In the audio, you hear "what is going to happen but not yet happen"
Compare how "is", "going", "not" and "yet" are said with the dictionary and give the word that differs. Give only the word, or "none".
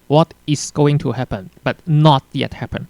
is